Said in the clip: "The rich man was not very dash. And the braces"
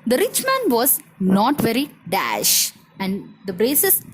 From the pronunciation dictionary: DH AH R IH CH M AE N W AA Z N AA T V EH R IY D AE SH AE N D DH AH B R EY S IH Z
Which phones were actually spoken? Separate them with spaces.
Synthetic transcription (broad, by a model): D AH R IH CH M AE N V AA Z N AA T V EH R IY D AE SH AE N D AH B R EY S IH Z